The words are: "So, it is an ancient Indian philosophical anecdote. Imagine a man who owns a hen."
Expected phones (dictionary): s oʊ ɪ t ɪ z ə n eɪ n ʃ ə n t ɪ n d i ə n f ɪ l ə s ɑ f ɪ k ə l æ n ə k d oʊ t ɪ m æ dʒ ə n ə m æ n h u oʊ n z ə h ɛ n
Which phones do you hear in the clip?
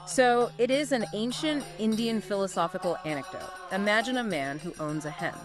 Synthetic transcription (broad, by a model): s oʊ ɪ t ɪ z ə n eɪ n ʃ ə n t ɪ n d i ə n f ɪ l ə s ɑ f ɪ k l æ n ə k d oʊ t ɪ m æ dʒ ə n ə m æ n h u oʊ n z ə h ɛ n